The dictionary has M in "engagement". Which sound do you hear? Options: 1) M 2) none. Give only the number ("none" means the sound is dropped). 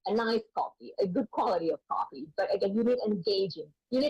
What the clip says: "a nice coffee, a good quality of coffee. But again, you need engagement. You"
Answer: 2